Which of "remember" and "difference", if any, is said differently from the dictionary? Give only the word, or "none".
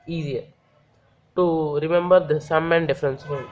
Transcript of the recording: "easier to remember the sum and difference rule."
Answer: none